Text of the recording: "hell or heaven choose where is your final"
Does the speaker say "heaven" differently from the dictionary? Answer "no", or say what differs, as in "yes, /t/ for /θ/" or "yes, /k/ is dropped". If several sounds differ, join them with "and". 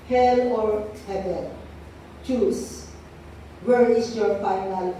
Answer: yes, /l/ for /n/